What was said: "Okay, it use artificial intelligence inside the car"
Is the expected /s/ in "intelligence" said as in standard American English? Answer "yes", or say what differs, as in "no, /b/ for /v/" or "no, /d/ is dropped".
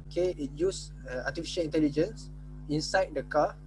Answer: yes